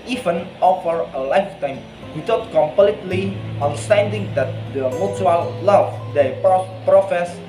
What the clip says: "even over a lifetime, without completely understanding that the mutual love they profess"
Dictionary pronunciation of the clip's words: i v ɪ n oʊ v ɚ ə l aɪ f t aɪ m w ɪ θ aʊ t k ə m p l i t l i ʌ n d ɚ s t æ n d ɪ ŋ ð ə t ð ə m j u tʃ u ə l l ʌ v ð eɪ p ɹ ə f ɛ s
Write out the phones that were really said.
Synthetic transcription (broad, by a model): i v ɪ n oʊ f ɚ ə l aɪ f t aɪ m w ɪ t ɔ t k ə m p l i t l i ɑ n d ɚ s t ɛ n d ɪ ŋ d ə t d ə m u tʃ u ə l l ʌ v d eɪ p ɹ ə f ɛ s